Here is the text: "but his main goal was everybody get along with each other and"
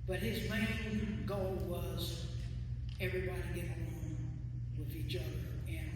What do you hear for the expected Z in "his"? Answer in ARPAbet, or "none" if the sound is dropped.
Z